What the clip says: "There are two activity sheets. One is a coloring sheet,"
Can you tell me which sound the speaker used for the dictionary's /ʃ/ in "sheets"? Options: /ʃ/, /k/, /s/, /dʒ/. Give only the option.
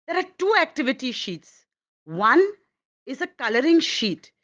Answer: /ʃ/